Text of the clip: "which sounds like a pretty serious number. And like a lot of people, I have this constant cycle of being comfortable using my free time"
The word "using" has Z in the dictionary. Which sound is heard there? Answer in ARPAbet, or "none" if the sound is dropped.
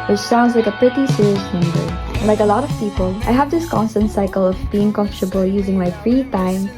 Z